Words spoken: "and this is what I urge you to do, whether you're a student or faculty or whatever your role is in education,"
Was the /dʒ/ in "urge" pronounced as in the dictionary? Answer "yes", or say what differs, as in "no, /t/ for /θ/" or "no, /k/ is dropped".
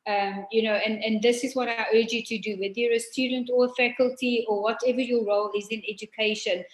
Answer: yes